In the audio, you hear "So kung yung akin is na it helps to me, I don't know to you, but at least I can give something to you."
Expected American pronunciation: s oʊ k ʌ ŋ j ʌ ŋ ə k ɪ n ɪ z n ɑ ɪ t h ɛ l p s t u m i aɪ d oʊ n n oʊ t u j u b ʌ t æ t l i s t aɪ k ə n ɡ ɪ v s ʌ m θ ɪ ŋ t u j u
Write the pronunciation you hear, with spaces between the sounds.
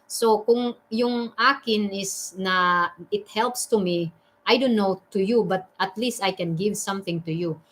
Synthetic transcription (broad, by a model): s oʊ k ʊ ŋ j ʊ ŋ ə k ɪ n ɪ s n ɑ ɪ t h ɛ l p s t u m i aɪ d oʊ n n oʊ t u j u b ʌ t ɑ t l i s t aɪ k ə n ɡ ɪ v s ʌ m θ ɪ ŋ t u j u